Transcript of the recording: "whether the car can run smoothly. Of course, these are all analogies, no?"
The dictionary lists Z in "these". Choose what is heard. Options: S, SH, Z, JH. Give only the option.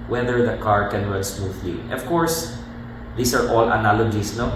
S